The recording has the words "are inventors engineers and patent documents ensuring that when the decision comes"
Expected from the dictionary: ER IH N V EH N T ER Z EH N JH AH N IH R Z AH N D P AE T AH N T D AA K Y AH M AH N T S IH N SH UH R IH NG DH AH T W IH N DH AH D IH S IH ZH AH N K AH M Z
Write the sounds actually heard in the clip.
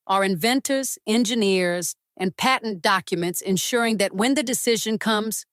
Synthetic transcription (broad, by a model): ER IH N V EH N T ER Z EH N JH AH N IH R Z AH N P AE T N D AA K Y AH M AH N T S IH N SH UH R IH NG DH AH T W IH N DH AH D IH S IH ZH AH N K AH M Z